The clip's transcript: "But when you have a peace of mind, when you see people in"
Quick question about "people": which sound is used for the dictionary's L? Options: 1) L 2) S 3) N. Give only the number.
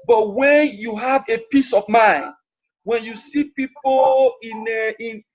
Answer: 3